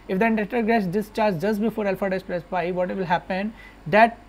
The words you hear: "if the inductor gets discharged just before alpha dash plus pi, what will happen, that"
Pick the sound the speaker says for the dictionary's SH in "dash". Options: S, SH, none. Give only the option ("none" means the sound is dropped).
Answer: S